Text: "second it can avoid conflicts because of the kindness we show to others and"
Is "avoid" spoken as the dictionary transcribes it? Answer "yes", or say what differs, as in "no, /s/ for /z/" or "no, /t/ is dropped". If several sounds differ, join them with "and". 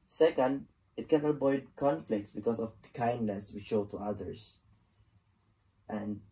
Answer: no, /b/ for /v/